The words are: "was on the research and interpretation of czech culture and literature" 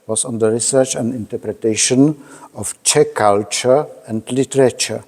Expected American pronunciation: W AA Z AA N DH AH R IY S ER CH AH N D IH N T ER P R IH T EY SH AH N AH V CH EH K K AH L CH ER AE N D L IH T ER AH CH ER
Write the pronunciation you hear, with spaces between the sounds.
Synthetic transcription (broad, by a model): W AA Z AA N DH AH R IY S ER CH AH N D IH N T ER P R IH T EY SH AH N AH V CH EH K K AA L CH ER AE N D L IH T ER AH CH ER